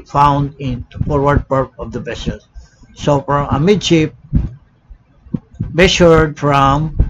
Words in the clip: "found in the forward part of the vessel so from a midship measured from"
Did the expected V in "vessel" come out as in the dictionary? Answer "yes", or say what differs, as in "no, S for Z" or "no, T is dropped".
no, B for V